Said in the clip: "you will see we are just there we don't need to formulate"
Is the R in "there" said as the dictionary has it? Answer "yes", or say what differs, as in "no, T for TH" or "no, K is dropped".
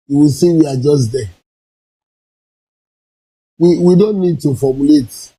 no, W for R